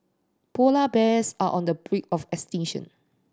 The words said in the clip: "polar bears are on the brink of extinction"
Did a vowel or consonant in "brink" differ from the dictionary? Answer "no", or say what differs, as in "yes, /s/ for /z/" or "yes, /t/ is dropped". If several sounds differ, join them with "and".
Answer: yes, /ŋ/ is dropped